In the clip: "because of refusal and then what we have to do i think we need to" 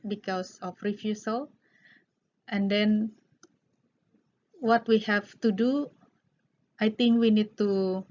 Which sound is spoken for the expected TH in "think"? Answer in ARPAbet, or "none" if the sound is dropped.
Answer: T